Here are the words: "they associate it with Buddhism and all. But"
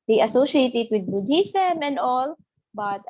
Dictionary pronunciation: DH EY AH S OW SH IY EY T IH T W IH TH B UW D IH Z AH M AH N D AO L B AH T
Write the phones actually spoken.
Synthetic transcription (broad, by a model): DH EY AH S OW SH IY EY T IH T W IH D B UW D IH S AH M AH N D AO L B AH T